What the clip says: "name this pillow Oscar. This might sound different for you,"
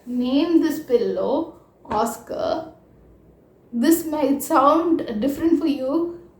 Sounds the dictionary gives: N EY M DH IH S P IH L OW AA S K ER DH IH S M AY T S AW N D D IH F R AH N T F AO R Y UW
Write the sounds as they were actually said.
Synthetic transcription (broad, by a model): N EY M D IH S P IH L OW AA S K ER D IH S M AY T S AW N D D IH F R AH N T F AO R Y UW